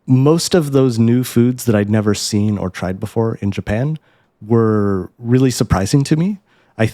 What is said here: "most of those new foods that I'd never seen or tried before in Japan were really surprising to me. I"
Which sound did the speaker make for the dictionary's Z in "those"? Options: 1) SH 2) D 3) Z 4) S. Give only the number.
3